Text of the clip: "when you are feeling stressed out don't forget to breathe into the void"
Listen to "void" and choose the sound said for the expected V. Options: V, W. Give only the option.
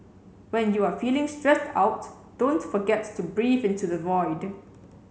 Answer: V